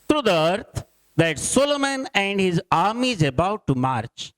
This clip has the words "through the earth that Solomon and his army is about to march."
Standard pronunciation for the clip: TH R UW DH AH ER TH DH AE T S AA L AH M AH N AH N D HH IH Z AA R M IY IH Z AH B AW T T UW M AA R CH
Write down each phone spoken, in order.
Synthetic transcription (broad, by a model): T R UW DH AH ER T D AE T S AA L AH M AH N AH N D HH IH Z AA R M IY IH Z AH B AW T T UW M AA R CH